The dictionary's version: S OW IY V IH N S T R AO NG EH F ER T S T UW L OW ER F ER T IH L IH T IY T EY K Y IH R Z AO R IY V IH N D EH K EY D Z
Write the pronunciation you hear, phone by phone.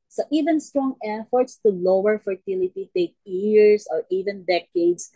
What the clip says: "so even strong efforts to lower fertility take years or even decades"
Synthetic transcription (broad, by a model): S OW IY V IH N S T R AO NG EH F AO T S T UW L OW ER F ER T IH L IH T IY T EY K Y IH R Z AO R IY V IH N D EH K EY D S